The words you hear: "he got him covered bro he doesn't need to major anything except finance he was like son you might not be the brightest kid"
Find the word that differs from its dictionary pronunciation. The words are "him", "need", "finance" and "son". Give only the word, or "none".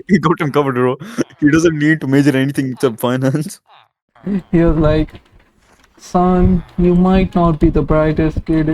none